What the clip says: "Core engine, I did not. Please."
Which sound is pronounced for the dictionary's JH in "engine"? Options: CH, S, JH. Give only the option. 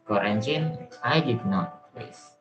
CH